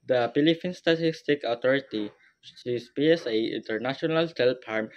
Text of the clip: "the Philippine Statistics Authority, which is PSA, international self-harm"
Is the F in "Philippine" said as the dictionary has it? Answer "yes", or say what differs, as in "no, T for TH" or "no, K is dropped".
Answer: no, P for F